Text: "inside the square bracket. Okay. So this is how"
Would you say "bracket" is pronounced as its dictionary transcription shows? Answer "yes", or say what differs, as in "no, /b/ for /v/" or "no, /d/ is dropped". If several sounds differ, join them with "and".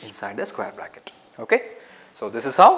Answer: no, /l/ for /ɹ/